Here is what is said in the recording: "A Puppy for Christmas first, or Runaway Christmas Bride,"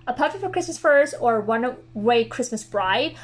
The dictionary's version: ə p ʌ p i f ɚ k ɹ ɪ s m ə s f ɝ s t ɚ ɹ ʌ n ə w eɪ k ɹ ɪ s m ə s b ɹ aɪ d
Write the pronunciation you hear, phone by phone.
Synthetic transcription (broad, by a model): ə p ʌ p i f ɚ k ɹ ɪ s m ə s f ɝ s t ɚ w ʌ n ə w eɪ k ɹ ɪ s m ə s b ɹ aɪ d